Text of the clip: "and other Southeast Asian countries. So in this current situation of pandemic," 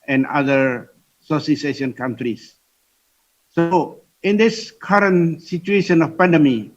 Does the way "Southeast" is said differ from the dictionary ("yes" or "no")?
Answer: yes